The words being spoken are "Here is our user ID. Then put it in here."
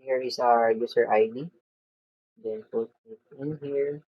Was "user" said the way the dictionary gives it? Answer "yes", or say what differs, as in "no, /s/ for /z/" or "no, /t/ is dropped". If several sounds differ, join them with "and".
no, /s/ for /z/